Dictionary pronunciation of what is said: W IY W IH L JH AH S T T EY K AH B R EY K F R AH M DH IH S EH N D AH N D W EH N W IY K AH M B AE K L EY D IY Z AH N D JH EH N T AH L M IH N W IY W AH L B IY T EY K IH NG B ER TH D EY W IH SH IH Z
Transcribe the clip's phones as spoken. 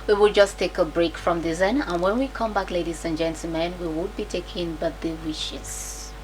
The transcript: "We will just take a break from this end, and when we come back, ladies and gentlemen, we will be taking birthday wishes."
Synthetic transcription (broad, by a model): W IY W IH L JH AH S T T EY K AH B R EY K F R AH M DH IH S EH N AH N W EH N W IY K AH M B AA K L EY D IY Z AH N JH EH N T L M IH N W IY W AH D B IY T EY K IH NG B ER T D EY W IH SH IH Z